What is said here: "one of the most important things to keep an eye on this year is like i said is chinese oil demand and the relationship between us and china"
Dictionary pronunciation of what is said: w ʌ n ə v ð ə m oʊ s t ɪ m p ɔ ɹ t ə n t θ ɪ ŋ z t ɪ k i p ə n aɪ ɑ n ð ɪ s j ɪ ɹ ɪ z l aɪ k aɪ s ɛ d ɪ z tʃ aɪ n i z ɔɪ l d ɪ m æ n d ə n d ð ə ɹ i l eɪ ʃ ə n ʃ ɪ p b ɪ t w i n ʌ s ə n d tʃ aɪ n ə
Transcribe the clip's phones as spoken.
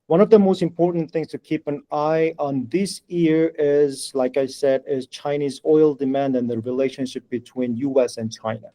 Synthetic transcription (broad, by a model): w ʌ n ə v ð ə m oʊ s t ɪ m p ɔ ɹ t n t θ ɪ ŋ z t ɪ k i p ə n aɪ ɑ n ð ɪ s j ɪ ɹ ɪ z l aɪ k aɪ s ɛ d ɪ z tʃ aɪ n i z ɔɪ l d ɪ m æ n d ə n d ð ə ɹ i l eɪ ʃ ə n ʃ ɪ p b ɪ t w i n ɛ s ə n tʃ aɪ n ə